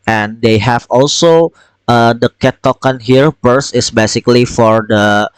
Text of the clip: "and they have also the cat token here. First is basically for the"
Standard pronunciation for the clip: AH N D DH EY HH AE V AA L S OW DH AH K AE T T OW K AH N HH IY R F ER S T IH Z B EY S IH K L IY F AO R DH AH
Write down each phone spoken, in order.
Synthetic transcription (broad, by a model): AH N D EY HH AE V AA L S OW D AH K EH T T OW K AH N HH IY R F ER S IH S B EY S IH K L IY F AO R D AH